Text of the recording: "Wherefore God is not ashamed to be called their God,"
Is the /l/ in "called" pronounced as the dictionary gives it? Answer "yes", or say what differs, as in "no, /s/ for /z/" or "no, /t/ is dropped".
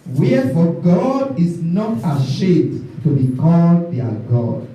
yes